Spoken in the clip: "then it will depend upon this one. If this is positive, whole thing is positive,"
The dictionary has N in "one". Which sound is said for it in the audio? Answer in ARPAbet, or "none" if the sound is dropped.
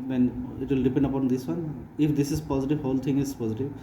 N